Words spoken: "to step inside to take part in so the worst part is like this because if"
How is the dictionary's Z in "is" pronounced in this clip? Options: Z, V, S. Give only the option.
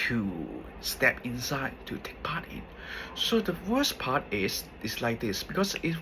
S